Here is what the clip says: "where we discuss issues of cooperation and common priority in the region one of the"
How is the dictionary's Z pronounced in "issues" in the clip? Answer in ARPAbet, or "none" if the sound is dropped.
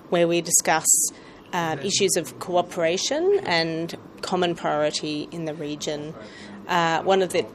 Z